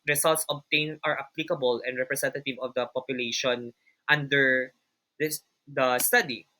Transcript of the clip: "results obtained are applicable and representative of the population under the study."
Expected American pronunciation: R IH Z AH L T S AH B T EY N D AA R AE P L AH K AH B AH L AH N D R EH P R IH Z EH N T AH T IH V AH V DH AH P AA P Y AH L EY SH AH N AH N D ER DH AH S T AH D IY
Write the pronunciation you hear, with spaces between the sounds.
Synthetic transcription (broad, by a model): R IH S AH L T S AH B T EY N AA R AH P L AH K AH B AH L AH N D R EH P R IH S EH N T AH T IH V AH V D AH P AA P Y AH L EY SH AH N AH N D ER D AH S T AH D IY